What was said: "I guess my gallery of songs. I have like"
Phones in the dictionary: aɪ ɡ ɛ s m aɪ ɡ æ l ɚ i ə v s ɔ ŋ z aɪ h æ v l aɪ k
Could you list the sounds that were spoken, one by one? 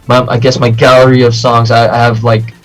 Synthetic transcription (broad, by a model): aɪ ɡ ɛ s m aɪ ɡ æ l ɚ i ə v s ɔ ŋ z aɪ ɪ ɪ v l aɪ k